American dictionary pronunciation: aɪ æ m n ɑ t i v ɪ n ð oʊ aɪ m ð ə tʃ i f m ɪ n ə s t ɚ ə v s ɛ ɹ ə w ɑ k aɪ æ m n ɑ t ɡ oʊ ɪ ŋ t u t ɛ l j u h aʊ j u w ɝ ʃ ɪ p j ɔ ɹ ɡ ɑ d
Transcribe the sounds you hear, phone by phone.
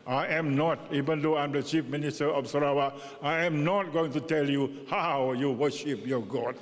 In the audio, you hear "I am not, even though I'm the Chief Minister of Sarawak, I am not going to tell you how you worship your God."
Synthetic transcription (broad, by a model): aɪ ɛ m n ɑ t i v ɪ n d oʊ aɪ m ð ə tʃ i f m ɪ n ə s t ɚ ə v s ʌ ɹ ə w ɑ aɪ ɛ m n ɑ t ɡ oʊ ɪ ŋ t u t ɛ l j u h aʊ j u w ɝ ʃ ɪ p j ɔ ɡ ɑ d